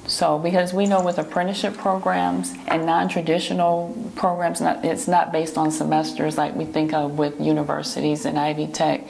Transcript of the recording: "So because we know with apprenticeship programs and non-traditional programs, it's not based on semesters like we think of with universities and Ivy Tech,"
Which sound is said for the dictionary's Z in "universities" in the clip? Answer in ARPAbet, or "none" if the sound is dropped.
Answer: Z